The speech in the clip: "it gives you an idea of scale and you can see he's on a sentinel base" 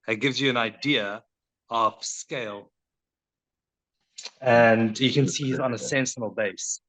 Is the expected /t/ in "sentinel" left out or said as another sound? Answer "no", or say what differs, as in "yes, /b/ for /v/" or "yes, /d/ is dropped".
yes, /s/ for /t/